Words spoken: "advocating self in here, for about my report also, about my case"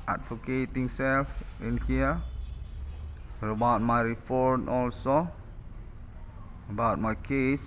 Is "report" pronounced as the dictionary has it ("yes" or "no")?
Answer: no